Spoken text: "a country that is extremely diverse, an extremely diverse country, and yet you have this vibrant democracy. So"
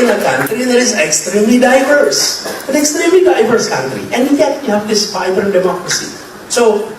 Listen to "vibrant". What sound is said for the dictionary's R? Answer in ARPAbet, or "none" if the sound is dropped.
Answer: none